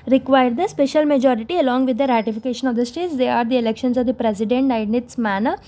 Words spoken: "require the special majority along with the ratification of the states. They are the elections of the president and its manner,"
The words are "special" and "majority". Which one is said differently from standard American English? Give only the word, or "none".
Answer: none